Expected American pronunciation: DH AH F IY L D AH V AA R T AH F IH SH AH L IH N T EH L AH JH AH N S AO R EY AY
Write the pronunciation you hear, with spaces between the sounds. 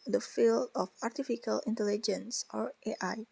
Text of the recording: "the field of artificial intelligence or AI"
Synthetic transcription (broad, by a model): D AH F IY L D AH F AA R T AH F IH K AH L IH N T EH L AH JH AH N S AO R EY AY